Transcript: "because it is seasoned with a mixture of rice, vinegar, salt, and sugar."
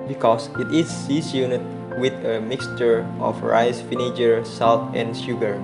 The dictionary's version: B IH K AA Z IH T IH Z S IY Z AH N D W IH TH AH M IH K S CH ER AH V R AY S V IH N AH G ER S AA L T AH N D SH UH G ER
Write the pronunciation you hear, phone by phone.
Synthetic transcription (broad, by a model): B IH K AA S IH T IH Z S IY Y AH N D W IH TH AH M IH K S CH ER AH F R AY S F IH N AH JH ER S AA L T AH N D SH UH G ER